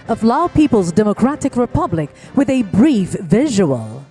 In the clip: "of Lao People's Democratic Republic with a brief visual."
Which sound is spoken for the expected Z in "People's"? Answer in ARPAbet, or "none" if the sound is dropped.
Z